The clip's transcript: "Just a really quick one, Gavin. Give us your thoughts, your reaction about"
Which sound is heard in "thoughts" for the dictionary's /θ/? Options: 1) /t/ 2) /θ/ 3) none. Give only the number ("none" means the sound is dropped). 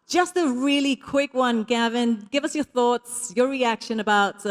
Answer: 2